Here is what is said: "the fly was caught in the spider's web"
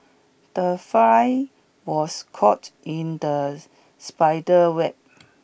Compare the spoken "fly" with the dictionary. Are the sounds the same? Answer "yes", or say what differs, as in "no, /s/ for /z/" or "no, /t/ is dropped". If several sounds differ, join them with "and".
no, /l/ is dropped